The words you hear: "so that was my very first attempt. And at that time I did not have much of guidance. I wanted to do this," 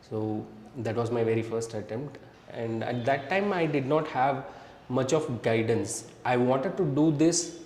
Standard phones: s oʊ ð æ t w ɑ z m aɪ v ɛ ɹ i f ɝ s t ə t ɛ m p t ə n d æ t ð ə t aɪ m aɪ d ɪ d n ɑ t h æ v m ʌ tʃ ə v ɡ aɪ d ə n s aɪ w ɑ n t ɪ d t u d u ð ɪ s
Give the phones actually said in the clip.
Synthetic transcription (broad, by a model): s oʊ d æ t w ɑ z m aɪ v ɛ ɹ i f ɝ s t ə t ɛ m p t ə n d æ t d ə t aɪ m aɪ d ɪ d n ɑ t h æ v m ʌ tʃ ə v ɡ aɪ d ə n s aɪ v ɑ n t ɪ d t u d u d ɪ s